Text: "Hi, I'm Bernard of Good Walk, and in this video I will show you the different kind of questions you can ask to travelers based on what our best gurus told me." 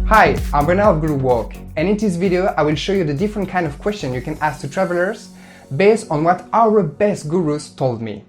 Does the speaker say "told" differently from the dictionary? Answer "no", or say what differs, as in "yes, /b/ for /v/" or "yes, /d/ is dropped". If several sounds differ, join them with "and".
no